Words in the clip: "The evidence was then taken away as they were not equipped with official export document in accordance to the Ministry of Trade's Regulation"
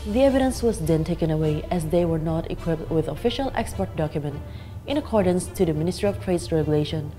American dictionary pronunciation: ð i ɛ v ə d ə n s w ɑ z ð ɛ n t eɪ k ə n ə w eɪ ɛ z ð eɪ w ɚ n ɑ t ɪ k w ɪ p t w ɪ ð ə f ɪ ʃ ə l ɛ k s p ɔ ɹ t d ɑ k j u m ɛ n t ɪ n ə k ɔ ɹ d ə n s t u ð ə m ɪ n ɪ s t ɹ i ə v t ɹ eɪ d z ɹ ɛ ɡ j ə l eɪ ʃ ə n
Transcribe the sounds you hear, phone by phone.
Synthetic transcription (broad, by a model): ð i ɛ v ə d ə n s w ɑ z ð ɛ n t eɪ k ə n ə w eɪ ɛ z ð eɪ w ɚ n ɑ t ɪ k w ɪ p t w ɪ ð ə f ɪ ʃ ə l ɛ k s p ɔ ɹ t d ɑ k j u m ɛ n t ɪ n ə k ɔ ɹ d ə n s t u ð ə m ɪ n ɪ s t ɹ i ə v t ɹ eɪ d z ɹ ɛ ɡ j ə l eɪ ʃ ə n